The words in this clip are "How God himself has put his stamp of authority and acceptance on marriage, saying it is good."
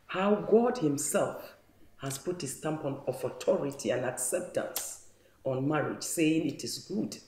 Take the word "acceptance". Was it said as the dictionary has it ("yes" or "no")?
yes